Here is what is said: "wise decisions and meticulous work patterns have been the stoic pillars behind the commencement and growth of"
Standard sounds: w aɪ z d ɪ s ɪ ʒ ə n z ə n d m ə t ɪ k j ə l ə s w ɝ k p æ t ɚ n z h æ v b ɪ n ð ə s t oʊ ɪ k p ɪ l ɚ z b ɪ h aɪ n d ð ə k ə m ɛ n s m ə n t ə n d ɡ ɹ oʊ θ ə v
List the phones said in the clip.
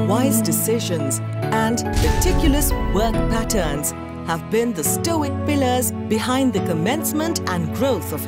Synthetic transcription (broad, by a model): w aɪ z d ɪ s ɪ ʒ ə n z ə n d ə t ɪ k j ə l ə s w ɝ k p æ t ɚ n z h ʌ v b ɪ n ð ə s t oʊ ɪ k p ɪ l ɚ z b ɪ h aɪ n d ð ə k ə m ɛ n s m ə n t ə n ɡ ɹ oʊ θ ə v